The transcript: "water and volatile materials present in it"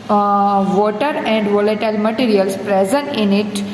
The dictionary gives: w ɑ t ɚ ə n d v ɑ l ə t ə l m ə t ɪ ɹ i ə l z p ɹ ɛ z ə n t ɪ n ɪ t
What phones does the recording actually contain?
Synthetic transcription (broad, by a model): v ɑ t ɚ ə n d v ɑ l ə t ə l m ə t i ɹ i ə l s p ɹ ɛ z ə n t ɪ n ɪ t